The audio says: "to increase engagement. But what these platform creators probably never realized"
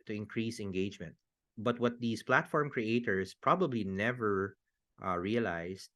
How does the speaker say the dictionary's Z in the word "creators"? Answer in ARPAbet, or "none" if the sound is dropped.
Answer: S